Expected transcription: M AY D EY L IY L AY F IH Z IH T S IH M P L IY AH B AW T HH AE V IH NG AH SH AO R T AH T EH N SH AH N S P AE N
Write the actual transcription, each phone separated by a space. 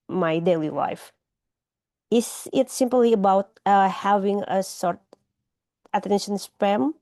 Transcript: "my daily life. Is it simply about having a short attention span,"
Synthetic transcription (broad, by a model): M AY D EY L IY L AY F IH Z IH T S IH M P L IY AH B AW T HH AE V IH NG AH S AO R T AH T EH N SH AH N S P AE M